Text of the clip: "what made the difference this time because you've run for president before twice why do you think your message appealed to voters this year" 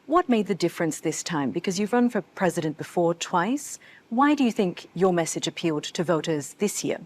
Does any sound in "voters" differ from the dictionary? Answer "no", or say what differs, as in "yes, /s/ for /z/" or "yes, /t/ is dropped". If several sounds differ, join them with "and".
no